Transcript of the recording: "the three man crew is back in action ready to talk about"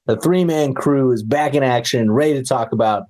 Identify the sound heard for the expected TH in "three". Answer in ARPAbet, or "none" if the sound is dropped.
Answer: TH